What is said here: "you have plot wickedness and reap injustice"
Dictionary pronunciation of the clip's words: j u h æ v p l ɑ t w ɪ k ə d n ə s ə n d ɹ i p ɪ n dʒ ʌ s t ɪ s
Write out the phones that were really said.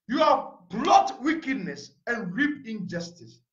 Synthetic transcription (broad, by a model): j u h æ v b l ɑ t w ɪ k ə d n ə s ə n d ɹ i p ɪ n dʒ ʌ s t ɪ s